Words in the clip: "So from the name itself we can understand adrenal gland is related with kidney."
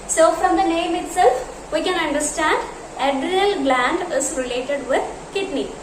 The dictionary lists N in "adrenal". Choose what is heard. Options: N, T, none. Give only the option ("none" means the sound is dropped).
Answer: none